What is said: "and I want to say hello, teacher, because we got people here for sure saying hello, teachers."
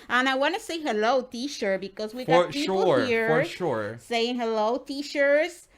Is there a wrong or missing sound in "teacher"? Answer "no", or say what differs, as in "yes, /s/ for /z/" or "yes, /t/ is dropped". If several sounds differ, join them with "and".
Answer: yes, /ʃ/ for /tʃ/